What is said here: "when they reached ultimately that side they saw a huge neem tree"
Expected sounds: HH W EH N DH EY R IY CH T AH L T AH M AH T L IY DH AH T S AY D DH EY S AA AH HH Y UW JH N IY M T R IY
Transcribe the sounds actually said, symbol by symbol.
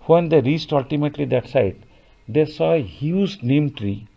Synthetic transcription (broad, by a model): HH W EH N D EY R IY S T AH L T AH M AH T L IY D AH T S AY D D EY S AA AH HH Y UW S N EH M T R IY